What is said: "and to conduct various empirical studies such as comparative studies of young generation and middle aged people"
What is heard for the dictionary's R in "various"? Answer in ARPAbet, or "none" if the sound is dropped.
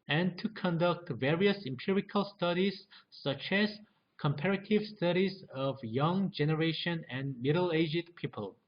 R